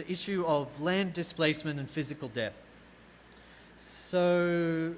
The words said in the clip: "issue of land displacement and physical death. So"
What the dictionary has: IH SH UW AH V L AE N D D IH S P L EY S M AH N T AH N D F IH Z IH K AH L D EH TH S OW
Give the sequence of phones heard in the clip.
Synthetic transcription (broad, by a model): IH SH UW AH V L AE N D D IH S P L EY S M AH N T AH N F IH Z IH K AH L D EH TH S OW